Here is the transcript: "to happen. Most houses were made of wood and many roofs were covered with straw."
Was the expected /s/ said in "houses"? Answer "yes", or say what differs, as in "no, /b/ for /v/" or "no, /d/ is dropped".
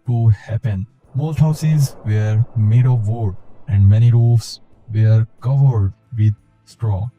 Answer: yes